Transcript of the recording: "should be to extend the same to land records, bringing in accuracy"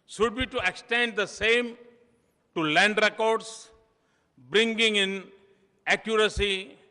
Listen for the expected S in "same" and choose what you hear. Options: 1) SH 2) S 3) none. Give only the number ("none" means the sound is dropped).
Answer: 2